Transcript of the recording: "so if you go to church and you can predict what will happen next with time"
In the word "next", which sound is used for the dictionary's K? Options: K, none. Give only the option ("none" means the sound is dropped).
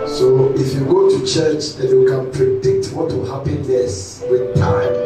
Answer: none